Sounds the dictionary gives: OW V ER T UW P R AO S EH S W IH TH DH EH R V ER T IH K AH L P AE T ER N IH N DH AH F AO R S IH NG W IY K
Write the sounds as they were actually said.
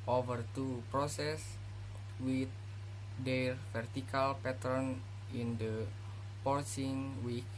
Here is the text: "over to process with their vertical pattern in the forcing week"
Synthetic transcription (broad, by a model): OW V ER T UW P R AO S EH S W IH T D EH R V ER T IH K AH L P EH T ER N IH N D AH P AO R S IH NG W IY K